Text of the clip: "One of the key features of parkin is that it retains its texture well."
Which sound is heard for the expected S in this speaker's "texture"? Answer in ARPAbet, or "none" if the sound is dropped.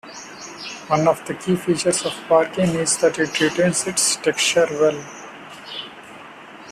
none